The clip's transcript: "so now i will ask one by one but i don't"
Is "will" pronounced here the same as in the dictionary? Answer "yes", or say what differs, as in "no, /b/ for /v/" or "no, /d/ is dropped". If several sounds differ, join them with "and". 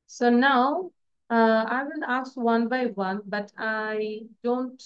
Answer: no, /n/ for /l/